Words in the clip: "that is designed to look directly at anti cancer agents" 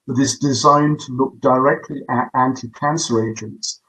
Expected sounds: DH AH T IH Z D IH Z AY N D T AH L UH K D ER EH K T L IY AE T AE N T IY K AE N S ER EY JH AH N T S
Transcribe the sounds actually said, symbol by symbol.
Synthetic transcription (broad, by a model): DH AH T IH Z D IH Z AY N T AH L UH K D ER EH K T L IY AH T AE N T IY K AE N S ER EY JH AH N T S